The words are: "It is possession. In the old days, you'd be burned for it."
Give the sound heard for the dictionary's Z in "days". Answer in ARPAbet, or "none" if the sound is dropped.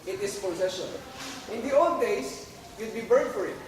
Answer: S